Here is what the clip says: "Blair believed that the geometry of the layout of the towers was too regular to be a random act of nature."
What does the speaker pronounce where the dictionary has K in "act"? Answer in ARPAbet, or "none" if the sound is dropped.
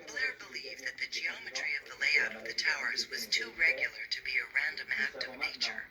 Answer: K